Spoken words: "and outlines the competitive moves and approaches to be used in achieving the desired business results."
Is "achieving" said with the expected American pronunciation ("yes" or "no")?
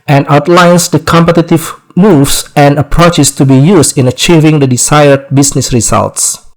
yes